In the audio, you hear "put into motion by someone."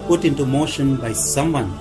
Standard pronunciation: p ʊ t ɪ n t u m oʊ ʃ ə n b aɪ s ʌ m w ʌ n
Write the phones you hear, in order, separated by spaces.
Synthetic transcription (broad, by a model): p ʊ t ɪ n t u m oʊ ʃ ə n b aɪ s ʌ m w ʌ n